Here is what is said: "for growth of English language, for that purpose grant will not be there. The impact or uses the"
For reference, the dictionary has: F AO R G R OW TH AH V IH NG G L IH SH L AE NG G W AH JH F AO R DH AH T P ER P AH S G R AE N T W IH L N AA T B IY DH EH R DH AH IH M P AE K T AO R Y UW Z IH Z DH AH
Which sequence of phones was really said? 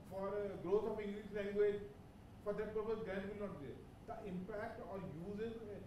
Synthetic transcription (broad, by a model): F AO R G R OW T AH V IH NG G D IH S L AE NG G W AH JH F AO R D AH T P ER P AH S G AE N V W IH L N AA T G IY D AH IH M P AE K T AO R Y UW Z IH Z